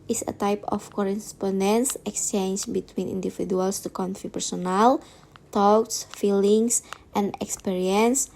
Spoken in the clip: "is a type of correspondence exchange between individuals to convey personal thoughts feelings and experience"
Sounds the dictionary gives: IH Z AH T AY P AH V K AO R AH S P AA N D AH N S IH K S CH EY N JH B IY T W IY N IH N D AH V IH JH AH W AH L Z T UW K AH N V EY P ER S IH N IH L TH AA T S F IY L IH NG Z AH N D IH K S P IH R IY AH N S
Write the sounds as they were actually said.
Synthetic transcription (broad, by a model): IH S AH T AY P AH F K AO R AH S P AA N D AH N S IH K S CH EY N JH B IY T W IY N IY N D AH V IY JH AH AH L S T UW K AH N F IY P ER S IH N IH L T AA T S F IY L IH NG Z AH N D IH K S P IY R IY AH N S